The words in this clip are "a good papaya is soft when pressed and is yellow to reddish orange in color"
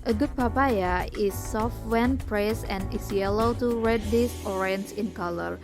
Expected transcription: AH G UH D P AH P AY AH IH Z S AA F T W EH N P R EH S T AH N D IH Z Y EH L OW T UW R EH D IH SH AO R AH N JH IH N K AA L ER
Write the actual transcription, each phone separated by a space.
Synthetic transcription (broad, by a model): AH G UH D P AH P AY AH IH S AA F T W EH N P R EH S AH N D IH S Y EH L OW T UW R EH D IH S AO R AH N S IH N K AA L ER